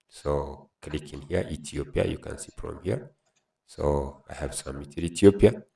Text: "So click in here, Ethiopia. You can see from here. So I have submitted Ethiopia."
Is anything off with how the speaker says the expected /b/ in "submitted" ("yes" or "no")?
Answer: yes